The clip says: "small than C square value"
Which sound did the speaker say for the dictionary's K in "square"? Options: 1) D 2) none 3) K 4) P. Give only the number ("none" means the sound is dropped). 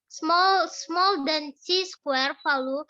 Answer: 3